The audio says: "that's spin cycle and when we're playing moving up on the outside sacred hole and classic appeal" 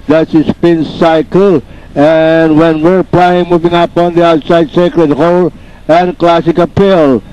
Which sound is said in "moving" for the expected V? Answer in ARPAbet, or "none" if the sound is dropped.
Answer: V